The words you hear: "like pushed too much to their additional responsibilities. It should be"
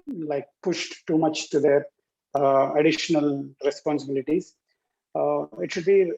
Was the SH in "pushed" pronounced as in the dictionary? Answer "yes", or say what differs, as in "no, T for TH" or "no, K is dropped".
yes